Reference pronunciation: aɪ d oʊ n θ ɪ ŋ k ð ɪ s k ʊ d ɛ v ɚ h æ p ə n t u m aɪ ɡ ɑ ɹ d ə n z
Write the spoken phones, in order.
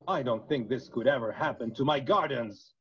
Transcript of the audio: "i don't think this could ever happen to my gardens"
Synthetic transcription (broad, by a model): aɪ d oʊ n θ ɪ ŋ k ð ɪ s k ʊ d ɛ v ɚ h æ p ə n t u m aɪ ɡ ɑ ɹ d n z